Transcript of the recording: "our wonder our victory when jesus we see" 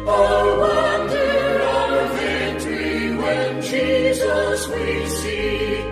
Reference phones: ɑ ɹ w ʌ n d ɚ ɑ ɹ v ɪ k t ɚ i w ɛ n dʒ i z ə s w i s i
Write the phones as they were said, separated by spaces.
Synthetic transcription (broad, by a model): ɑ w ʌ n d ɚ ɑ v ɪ t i w ɛ n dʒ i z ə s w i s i